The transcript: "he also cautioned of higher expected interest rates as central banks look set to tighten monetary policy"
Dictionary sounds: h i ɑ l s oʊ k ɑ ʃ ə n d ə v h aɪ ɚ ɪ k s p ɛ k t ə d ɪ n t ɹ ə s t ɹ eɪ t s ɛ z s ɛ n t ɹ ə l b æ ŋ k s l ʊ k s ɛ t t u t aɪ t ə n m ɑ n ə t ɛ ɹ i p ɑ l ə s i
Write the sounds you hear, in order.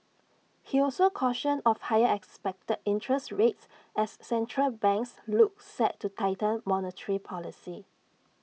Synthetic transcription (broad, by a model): h i ɑ l s oʊ k ɑ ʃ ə n ə f h aɪ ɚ ɪ k s p ɛ k t ə d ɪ n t ɹ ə s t ɹ eɪ t s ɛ s ɛ n t ɹ ə l b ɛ ŋ k s l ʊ k s ɛ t t u t aɪ t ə l m ɑ n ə t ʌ ɹ i p ɑ l ə s i